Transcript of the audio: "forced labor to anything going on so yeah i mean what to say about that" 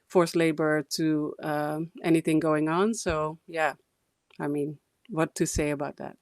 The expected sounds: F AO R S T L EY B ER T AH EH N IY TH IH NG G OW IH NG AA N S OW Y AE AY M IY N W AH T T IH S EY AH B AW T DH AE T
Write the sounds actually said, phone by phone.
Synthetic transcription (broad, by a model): F AO R S L EY B ER T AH EH N IY TH IH NG G OW IH NG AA N S OW Y AE AY M IY N W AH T T IH S EY AH B AW T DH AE T